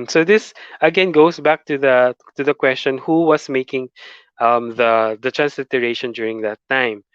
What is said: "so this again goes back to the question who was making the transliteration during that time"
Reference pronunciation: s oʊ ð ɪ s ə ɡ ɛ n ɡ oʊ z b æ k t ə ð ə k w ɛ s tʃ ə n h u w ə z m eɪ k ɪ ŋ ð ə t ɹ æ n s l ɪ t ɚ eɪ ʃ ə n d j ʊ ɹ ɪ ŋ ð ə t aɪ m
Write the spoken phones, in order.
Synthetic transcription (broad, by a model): s oʊ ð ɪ s ə ɡ ɛ n ɡ oʊ s b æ k t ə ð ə k w ɛ s tʃ ə n h u w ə s m eɪ k ɪ ŋ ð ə t ɹ æ n s l ɪ t ɚ eɪ ʃ ə n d j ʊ ɹ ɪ ŋ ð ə t aɪ m